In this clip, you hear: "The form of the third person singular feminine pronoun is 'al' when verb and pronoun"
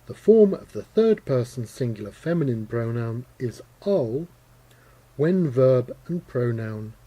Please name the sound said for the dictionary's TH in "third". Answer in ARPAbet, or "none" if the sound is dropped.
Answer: TH